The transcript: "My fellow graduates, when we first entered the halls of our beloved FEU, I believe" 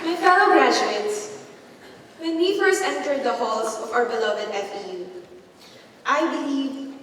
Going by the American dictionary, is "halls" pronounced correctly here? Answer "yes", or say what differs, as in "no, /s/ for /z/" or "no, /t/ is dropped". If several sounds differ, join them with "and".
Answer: no, /s/ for /z/